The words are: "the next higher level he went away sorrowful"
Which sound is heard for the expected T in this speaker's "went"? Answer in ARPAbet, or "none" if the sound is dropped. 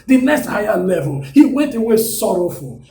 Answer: T